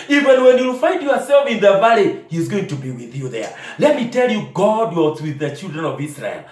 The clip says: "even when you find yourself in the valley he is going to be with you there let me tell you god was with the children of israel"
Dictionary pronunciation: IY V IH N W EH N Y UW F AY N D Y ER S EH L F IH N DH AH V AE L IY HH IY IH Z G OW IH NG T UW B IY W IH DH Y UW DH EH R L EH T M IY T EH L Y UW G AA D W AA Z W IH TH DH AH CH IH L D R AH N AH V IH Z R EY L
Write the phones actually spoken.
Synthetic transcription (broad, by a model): IY V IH N W EH N Y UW F AY N D Y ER S EH L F IH N DH AH V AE L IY HH IY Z G OW IH NG T UW B IY W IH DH Y UW DH EH R L EH T M IY T EH L Y UW G AA D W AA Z W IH DH AH CH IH L D R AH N AH V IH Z R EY L